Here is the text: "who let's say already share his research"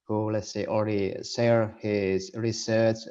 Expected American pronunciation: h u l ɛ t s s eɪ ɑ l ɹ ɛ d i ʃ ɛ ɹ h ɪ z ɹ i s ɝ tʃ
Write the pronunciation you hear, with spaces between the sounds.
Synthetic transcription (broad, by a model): h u l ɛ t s s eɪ ɑ l ɹ ɛ d i s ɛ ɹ h ɪ z ɹ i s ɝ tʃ